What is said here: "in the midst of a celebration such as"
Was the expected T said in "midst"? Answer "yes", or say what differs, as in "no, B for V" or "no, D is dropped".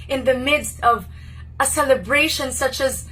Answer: yes